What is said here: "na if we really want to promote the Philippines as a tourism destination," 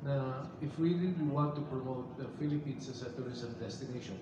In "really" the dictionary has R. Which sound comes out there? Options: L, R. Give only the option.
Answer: L